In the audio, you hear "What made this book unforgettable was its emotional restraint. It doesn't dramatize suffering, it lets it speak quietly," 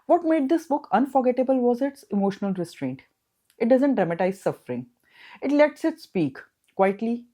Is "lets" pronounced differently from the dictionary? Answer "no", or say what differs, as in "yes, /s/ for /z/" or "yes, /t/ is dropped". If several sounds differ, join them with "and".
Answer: no